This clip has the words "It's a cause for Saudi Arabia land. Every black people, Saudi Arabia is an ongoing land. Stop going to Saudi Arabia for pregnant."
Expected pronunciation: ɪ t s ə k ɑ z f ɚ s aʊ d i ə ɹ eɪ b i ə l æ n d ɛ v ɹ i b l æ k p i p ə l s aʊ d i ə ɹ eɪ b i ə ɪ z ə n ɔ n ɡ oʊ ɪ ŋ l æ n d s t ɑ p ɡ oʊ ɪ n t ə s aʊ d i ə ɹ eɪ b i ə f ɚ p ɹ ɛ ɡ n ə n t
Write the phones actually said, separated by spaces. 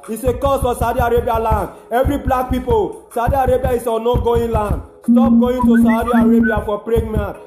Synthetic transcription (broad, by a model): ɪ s ə k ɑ s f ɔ s aʊ d i ə ɹ eɪ b i ə l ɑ n d ɛ v ɹ i b l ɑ k p i p ə l s aʊ d i ə ɹ eɪ b i ə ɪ s ə n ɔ ɡ oʊ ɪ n l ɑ n d s t ɑ p ɡ oʊ ɪ n t ə s aʊ d i ə ɹ eɪ b i ə f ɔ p ɹ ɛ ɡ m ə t